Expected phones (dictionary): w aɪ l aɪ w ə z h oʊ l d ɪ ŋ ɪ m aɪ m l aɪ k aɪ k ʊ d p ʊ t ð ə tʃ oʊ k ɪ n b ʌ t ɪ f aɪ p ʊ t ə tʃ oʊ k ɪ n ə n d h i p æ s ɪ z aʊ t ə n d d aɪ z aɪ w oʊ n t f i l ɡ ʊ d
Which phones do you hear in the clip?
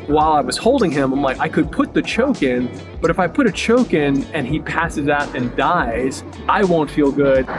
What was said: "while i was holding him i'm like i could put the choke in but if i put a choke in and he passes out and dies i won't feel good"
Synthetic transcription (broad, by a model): w aɪ l aɪ w ə z h oʊ l d ɪ ŋ ɪ m aɪ m l aɪ k aɪ k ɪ d p ʊ t ð ə tʃ oʊ k ɪ n b ʌ t ɪ f aɪ p ʊ t ə tʃ oʊ k ɪ n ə n i p æ s ɪ z aʊ t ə n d d aɪ z aɪ w oʊ n t f i l ɡ ʊ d